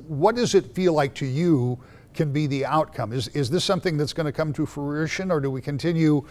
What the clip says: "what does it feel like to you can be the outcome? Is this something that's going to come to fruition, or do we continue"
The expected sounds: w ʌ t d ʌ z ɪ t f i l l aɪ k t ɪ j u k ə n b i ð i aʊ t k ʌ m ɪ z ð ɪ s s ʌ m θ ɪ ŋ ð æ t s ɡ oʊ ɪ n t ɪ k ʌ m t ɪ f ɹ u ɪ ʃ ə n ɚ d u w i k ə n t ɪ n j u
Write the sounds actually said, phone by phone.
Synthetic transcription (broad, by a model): w ʌ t d ʌ z ɪ t f i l l aɪ k t ɪ j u k ə n b i ð i aʊ t k ʌ m ɪ z ð ɪ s s ʌ m θ ɪ ŋ ð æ t s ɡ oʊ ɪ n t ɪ k ʌ m t ɪ f ɹ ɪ ʃ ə n ɚ d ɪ w i k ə n t ɪ n j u